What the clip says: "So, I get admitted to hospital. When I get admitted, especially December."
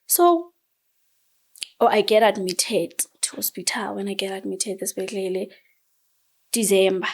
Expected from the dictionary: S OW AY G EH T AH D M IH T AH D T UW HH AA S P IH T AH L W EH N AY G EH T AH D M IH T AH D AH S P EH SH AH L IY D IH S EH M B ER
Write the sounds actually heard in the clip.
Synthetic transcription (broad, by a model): S OW AY G EH T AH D M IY T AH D T UW HH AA S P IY T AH L W EH N AY G EH T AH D M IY T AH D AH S B EH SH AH L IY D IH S EH M B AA